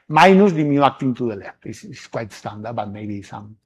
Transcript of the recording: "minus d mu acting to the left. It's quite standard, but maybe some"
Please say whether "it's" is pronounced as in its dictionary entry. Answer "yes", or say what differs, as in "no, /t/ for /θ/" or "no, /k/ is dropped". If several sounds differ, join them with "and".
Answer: no, /s/ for /t/